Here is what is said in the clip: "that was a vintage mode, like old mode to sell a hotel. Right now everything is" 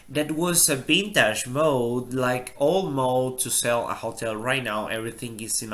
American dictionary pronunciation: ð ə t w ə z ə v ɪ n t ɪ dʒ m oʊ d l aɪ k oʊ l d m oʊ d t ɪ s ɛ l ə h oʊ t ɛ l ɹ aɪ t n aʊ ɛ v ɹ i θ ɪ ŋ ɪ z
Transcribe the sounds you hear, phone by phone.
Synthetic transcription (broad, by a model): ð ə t w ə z ə b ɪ n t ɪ ʃ m oʊ d l aɪ k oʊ l m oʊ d t ɪ s ɛ l ə h oʊ t ɛ l ɹ aɪ t n aʊ ɛ v ɹ i θ ɪ ŋ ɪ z